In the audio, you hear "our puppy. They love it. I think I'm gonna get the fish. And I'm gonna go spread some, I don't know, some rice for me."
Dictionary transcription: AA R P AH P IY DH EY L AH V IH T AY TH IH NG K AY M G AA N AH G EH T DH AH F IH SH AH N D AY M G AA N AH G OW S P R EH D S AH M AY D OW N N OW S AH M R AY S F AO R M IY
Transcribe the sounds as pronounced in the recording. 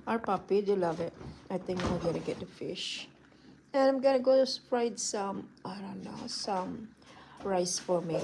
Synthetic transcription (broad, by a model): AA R P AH P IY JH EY L AH V IH T AY T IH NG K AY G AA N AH G EH T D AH F IH SH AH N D AY M G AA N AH G OW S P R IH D S AH M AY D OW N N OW S AH M R AY S F AO R M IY